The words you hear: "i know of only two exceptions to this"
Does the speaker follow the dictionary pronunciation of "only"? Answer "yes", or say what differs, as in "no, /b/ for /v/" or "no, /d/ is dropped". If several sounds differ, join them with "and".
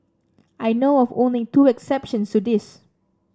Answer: no, /l/ is dropped